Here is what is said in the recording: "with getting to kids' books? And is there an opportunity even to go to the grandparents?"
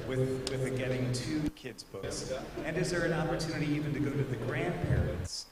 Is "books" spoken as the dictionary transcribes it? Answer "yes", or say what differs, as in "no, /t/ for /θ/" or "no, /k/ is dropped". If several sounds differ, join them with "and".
no, /k/ is dropped